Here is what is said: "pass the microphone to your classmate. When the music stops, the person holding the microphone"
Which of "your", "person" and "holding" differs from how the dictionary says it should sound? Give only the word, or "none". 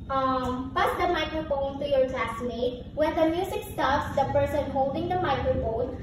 none